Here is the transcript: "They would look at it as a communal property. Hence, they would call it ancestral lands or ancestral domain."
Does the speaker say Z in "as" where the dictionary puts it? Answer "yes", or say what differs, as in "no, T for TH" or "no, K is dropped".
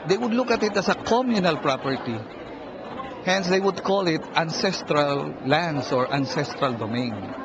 no, S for Z